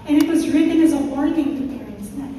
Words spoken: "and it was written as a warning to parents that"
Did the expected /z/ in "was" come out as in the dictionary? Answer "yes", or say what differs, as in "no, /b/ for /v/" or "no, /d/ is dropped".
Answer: yes